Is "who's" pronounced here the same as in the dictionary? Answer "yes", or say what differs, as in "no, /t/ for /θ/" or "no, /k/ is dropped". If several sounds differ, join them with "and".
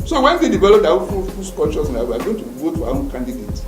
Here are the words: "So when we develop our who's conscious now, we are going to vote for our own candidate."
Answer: no, /s/ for /z/